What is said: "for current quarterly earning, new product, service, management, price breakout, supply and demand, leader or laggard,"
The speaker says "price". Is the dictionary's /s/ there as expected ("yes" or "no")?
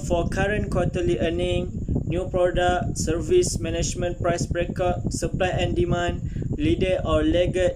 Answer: yes